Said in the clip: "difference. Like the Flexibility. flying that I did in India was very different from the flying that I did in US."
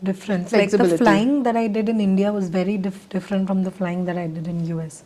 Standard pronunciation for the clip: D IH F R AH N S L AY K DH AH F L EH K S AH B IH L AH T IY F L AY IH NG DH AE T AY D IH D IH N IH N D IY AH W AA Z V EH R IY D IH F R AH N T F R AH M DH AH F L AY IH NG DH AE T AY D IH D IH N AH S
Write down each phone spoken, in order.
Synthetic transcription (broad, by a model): D IH F R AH N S L AY K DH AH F L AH IH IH NG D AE T AY D IH D IH N IH N D IY AH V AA Z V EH R IY D IH F R AH N T F R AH M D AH F L AY IH NG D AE T AY D IH D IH N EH S